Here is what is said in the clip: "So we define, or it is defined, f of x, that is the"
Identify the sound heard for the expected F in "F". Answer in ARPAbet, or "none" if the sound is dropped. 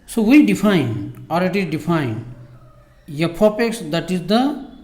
P